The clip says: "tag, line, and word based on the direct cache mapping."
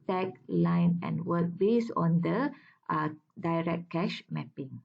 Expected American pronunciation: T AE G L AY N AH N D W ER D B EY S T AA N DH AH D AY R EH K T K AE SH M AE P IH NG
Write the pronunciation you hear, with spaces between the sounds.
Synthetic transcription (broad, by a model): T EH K L AY N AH N W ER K B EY S AA N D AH D AY R EH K K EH SH M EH P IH NG